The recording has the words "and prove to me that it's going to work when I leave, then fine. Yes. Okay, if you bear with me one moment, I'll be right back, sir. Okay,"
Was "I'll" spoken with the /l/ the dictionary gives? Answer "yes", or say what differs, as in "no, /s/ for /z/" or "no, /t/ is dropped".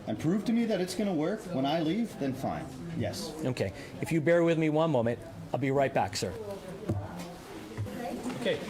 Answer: yes